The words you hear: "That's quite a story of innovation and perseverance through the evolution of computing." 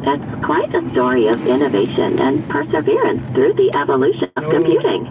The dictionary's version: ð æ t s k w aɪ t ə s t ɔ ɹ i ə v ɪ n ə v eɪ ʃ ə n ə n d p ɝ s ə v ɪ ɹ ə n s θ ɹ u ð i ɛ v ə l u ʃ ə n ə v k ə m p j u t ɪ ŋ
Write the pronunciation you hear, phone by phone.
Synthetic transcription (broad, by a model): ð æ t s k w aɪ t ə s t ɔ ɹ i ə v ɪ n ə v eɪ ʃ ə n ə n p ɝ s ə v ɪ ɹ ə n s θ ɹ u ð i ɛ v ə l u ʃ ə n ə v k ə m p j u t ɪ ŋ